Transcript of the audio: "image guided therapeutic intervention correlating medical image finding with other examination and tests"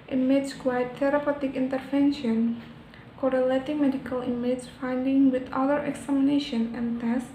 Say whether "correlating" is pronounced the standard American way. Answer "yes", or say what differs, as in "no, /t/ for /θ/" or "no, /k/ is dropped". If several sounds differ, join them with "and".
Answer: yes